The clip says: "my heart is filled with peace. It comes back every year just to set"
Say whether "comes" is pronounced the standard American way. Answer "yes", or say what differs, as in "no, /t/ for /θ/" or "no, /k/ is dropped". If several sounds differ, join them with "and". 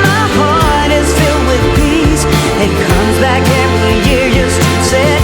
yes